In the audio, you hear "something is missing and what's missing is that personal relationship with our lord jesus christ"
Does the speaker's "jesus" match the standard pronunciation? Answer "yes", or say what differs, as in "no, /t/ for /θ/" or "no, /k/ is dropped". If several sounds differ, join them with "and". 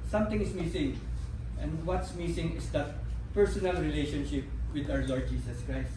no, /s/ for /z/